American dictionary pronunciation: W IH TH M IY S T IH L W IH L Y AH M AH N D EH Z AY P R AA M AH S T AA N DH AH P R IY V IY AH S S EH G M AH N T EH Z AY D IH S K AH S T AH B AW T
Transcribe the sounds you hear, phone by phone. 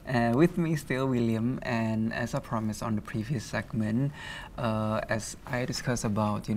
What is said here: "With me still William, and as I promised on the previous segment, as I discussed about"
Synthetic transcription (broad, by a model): W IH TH M IY S T IH L W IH L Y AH M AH N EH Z AY P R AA M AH S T AA N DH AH P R IY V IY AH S S EH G M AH N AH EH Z AY D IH S K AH S AH B AW T